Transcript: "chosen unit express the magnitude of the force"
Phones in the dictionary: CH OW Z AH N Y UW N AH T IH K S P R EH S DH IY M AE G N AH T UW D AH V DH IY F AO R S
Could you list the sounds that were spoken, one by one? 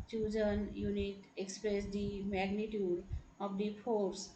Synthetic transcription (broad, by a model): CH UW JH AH N Y UW N AH T IH K S P R EH S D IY M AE G N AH T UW D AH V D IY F AO R S